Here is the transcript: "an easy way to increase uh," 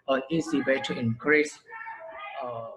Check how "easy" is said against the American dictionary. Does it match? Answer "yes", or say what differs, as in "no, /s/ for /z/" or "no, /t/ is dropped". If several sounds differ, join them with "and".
no, /s/ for /z/